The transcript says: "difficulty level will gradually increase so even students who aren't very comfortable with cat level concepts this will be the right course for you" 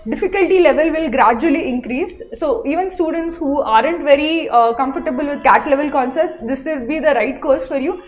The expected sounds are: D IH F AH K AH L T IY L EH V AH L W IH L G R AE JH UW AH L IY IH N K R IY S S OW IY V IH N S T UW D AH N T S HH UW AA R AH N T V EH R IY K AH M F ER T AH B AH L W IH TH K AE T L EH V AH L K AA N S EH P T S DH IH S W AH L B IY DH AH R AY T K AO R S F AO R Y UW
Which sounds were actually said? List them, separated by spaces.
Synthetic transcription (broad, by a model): D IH F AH K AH L T IY L EH V AH L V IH L G R AE JH UW AH L IY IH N K R IY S S OW IY V IH N S T UW D AH N T S HH UW AA R AH N T V EH R IY K AH M F ER T AH B AH L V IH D K AE T L EH V AH L K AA N S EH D T S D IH S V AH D B IY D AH R AY T K AO R S F AO R Y UW